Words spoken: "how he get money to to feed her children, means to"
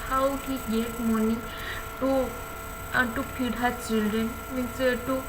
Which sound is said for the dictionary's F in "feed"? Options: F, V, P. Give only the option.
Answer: P